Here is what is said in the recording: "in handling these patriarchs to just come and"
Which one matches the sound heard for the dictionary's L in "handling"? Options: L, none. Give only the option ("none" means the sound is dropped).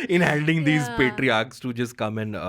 none